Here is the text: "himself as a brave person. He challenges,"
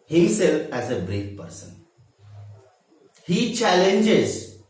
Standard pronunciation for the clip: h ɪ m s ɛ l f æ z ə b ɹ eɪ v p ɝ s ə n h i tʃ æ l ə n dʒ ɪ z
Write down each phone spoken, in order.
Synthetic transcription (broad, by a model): h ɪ m s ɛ l f æ z ə b ɹ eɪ f p ɝ s ə n h i tʃ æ l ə n dʒ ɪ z